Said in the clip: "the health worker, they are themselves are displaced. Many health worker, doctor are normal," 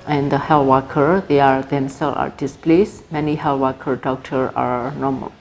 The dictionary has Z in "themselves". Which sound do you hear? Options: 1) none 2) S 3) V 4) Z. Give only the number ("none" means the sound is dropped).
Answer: 1